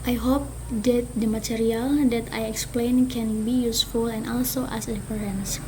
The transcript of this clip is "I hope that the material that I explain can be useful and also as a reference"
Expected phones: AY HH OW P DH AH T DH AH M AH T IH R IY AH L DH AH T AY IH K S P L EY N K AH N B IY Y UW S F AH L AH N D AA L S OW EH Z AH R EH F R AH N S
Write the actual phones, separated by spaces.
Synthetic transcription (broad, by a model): AY HH OW P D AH T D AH M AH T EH R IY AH L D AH T AY IH K S P L EY N K AH N B IY Y UW S F AH L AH N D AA L S OW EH S AH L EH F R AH N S